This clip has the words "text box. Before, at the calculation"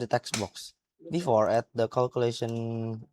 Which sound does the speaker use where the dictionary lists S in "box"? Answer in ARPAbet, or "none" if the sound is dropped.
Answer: S